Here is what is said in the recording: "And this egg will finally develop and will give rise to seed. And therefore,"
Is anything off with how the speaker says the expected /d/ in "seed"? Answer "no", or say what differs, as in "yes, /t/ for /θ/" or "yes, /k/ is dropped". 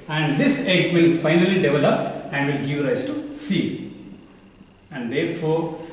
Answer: yes, /d/ is dropped